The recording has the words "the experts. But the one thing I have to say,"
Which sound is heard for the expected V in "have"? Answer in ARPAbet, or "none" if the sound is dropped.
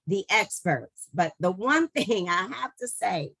F